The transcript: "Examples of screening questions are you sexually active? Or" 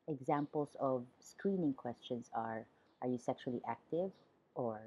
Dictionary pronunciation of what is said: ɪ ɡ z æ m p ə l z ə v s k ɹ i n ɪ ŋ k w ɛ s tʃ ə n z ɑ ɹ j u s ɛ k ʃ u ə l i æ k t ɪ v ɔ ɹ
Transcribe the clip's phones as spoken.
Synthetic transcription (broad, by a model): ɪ ɡ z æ m p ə l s ə v s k ɹ i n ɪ ŋ k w ɛ s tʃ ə n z ɑ ɹ j u s ɛ k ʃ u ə l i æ k t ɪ v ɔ ɹ